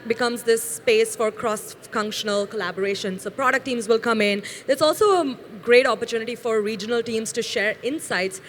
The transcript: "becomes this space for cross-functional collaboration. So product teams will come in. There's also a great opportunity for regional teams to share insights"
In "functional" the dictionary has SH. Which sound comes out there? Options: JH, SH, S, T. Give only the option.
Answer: SH